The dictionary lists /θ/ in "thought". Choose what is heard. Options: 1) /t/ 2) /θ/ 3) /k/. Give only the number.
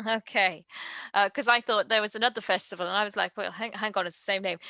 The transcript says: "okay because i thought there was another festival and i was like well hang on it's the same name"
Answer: 2